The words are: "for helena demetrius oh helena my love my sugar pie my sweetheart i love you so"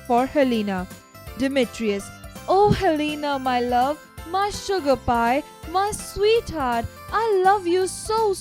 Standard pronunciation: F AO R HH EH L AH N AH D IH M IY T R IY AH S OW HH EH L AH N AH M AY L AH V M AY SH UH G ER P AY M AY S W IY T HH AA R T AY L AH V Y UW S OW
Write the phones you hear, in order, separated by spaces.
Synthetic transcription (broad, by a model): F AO R HH EH L AH N AH D IH M IY T R IY AH S OW HH EH L AH N AH M AY L AH V M AY SH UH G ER P AY M AY S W IY T HH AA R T AY L AH V Y UW S OW